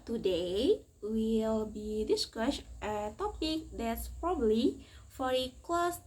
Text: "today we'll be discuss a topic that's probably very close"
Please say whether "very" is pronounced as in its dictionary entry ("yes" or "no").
no